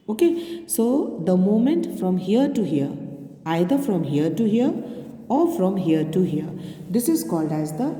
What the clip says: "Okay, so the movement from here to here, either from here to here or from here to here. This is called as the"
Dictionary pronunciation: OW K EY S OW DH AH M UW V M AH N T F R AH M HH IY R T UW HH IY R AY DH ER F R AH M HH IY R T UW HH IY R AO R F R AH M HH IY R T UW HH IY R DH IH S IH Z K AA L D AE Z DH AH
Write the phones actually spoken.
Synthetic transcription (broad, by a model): OW K EY S OW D AH M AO M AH N T F R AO M HH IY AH T UW HH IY R AY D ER F R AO M HH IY R T UW HH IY R AO R F R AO M HH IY R T UW HH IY R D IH S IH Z K AA L D AE Z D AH